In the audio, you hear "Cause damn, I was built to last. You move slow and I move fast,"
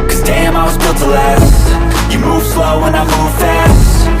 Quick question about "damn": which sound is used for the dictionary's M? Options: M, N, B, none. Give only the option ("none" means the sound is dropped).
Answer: M